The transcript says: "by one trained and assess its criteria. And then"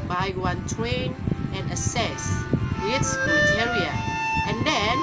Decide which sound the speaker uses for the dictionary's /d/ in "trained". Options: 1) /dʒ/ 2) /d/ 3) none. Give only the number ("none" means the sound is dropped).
3